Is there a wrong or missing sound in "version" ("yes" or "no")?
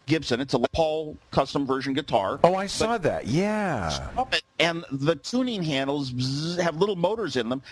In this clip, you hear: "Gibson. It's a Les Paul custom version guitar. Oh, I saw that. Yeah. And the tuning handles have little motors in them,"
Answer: no